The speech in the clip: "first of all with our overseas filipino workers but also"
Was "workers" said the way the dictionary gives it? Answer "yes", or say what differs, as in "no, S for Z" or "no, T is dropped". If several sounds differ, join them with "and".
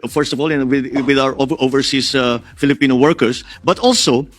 no, S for Z